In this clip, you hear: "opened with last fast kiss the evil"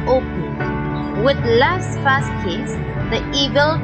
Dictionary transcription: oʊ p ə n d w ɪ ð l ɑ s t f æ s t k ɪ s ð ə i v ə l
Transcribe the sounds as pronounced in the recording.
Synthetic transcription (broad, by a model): oʊ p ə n w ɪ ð l ɑ s t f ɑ s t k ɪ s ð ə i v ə l